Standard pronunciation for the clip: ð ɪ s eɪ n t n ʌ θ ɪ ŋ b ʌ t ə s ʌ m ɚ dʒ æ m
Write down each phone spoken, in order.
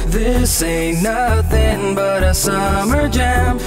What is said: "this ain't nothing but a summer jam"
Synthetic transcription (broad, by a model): ð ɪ s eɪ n n ʌ θ ɪ ŋ b ʌ t ə s ʌ m ɚ dʒ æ m